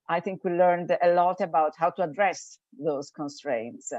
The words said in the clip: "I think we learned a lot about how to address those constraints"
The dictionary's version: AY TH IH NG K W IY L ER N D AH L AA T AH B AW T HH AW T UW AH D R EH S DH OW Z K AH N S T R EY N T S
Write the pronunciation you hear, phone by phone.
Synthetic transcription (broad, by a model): AY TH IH NG K W IY L ER N D AH L AA T AH B AW T HH AW T UW AH D R EH S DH OW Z K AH N S T R EY N T S